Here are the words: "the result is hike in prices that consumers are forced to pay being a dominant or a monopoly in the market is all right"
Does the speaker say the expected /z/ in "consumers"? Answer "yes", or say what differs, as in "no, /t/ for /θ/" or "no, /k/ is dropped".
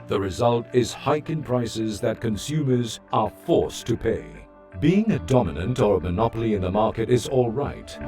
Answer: yes